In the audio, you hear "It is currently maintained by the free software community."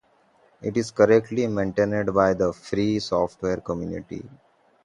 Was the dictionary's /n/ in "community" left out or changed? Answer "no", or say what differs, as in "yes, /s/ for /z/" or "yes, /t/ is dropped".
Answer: no